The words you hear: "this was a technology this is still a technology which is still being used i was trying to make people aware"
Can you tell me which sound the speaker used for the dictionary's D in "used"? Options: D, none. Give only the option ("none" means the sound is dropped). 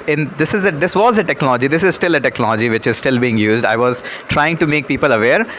D